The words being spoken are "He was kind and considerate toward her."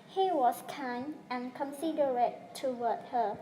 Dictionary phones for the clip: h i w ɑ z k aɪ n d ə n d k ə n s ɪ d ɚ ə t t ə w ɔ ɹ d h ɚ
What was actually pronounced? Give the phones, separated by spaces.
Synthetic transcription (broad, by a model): h i w ɑ s k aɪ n ə n k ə n s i d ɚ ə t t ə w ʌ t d h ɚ